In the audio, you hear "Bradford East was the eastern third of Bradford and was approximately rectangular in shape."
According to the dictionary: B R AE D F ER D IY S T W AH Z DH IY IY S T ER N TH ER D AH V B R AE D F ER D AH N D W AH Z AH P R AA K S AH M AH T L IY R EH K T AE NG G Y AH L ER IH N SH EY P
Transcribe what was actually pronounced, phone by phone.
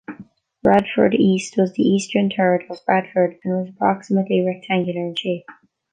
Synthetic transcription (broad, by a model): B R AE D F ER D IY S T W AH Z DH IY IY S T ER N T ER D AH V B R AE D F ER D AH N W AH Z AH P R AA K S AH M AH T L IY R EH K T AE NG G Y AH L ER IH N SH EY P